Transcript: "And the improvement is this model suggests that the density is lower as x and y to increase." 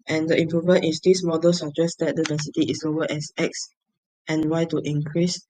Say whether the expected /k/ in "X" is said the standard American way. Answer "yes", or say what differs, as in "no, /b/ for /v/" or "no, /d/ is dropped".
yes